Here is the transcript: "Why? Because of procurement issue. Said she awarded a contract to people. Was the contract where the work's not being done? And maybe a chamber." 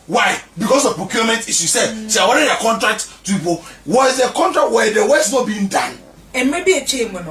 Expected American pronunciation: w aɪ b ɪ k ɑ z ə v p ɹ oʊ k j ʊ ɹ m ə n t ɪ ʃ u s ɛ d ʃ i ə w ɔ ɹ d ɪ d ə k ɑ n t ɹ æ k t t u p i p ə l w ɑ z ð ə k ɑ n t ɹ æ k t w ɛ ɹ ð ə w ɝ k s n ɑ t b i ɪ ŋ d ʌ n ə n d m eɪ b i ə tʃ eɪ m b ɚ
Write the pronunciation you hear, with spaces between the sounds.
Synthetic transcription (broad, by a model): w aɪ b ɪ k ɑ s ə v p ɹ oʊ k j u m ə n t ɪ s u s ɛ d s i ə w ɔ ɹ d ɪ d ə k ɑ n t ɹ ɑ k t t u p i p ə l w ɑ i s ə k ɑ n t ɹ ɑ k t w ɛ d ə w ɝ s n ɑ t b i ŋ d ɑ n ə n m eɪ b i ə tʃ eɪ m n